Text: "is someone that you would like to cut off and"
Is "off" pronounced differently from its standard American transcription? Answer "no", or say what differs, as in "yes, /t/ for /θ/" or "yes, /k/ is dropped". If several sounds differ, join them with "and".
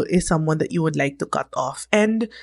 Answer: no